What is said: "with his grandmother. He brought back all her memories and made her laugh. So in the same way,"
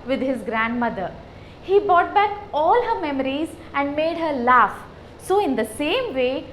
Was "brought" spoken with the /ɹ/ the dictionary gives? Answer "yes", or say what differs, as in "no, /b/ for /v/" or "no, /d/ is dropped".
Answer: yes